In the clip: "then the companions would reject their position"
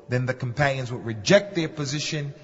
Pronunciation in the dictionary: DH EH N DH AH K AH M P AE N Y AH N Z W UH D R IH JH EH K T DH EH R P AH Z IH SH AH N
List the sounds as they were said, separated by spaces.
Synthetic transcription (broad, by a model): DH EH N DH AH K AH M P AE N Y AH N Z W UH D R IH JH EH K T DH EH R P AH Z IH SH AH N